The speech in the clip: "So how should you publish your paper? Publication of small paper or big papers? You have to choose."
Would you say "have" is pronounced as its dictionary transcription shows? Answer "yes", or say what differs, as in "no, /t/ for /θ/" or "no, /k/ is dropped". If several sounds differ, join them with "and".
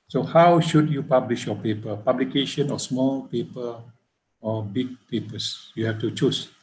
no, /f/ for /v/